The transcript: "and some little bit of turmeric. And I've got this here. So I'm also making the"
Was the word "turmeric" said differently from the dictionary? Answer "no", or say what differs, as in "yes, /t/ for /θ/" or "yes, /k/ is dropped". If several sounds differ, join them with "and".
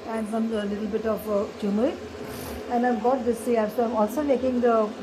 yes, /k/ is dropped